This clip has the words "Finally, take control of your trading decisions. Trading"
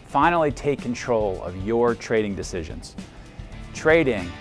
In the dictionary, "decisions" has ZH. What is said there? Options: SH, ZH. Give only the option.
ZH